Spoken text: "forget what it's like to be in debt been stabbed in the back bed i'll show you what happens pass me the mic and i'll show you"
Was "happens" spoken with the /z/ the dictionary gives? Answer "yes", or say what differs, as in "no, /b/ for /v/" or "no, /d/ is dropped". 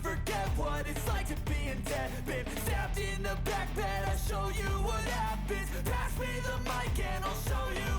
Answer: no, /z/ is dropped